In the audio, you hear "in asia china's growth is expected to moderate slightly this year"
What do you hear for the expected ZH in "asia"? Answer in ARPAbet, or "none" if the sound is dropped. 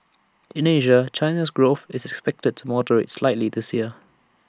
ZH